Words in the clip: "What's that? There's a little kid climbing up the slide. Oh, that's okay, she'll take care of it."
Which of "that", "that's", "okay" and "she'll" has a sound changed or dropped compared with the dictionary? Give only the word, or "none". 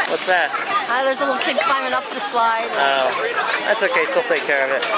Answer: she'll